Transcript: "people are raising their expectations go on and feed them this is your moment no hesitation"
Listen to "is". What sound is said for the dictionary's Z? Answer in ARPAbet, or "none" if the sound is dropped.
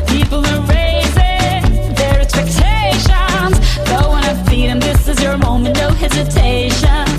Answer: Z